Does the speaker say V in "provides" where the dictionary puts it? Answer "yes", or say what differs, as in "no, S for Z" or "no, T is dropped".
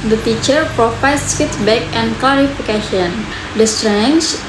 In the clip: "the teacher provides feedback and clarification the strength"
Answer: no, F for V